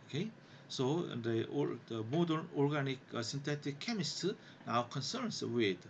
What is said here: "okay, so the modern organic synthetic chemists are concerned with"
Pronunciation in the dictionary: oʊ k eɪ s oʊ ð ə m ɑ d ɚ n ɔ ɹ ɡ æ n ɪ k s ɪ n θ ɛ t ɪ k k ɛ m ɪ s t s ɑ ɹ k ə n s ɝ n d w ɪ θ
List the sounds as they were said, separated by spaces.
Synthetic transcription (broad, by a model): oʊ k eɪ s oʊ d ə m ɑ d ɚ n ɔ ɹ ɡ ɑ n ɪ k s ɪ n t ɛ t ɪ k k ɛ m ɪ s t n ɑ w k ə n s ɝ n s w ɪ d